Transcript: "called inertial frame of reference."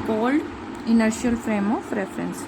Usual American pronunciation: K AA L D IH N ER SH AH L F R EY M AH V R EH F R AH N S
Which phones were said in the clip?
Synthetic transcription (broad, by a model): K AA L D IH N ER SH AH L F R EY M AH F R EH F R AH N S